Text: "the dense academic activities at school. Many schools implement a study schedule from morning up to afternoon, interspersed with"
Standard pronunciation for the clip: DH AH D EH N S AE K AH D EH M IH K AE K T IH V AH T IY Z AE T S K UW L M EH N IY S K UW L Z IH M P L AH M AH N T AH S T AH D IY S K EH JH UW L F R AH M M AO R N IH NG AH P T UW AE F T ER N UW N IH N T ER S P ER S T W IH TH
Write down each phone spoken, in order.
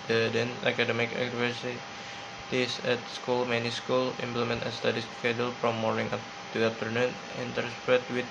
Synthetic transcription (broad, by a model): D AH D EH N AA K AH D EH M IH K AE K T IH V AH T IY S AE T S K UW L M EH N IY S K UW L IH M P L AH M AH N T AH S T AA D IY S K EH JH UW L F R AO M M AO R N IH NG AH T UW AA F T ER N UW N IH N T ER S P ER T W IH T